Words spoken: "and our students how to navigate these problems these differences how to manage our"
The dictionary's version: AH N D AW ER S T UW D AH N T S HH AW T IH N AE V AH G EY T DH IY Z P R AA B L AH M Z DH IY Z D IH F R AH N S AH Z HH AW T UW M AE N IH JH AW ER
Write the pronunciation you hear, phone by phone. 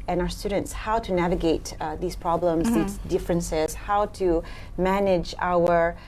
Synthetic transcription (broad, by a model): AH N AW ER S T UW D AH N T S HH AW T IH N AE V AH G EY T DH IY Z P R AA B L AH M Z DH IY Z D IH F R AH N S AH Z HH AW T UW M AE N IH JH AW ER